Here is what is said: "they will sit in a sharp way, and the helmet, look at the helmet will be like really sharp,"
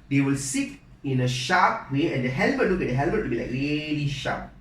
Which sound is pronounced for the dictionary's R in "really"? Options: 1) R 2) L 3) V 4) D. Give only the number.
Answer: 2